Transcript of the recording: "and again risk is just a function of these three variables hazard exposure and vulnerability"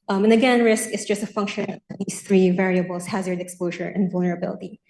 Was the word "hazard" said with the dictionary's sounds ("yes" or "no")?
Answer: yes